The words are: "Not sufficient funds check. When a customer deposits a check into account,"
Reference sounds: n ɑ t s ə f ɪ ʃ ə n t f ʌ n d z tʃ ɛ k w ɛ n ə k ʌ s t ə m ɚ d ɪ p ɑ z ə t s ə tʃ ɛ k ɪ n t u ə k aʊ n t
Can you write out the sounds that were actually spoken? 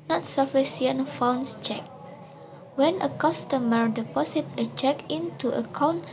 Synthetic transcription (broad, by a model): n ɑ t s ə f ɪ s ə n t f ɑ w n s tʃ ɛ k w ɛ n ə k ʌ s t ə m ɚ d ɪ p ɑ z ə t ə tʃ ɛ k ɪ n t u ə k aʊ n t